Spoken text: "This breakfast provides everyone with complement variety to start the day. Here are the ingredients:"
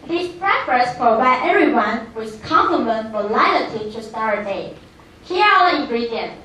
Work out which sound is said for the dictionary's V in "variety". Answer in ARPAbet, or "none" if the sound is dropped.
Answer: F